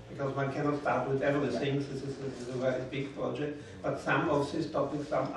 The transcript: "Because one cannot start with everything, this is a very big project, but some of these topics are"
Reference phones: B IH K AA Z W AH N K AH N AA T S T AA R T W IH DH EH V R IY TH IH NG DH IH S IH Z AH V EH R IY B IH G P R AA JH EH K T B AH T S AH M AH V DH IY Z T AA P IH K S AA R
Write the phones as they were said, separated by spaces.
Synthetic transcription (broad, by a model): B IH K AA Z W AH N K AH N AA T S T AA R T W IH DH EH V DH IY S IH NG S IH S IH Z AH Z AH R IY B IH G P R AA JH EH K T B AH T S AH M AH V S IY S T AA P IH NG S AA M